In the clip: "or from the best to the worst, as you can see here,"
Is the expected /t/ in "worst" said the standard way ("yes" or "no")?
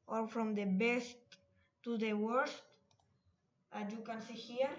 yes